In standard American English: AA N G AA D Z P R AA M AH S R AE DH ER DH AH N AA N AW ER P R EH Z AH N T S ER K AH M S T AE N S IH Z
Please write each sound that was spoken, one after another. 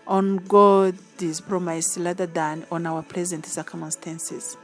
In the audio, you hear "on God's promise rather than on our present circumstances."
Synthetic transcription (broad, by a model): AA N G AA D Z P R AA M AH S L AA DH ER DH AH N AA N AW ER P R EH Z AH N T S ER K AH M S T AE N S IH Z